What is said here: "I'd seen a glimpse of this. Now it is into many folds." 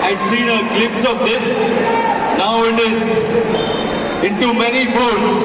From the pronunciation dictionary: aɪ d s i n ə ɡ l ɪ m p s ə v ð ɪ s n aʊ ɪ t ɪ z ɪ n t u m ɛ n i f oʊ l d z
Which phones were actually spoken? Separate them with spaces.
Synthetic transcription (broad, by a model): aɪ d s i n ə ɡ l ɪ p s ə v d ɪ s n aʊ ɪ t ɪ z ɪ n t u m ɛ n i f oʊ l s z